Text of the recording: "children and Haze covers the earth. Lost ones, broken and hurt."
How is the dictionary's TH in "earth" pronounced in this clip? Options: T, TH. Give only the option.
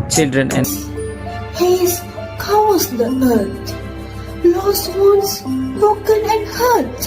T